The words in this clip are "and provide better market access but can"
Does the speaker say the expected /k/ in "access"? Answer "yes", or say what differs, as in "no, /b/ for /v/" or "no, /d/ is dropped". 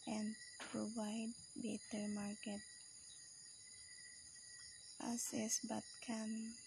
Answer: no, /k/ is dropped